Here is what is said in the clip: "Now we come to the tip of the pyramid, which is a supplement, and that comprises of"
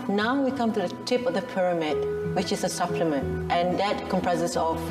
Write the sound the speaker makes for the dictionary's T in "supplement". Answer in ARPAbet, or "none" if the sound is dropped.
T